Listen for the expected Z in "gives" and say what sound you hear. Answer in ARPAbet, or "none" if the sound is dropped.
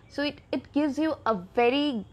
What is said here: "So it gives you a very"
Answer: Z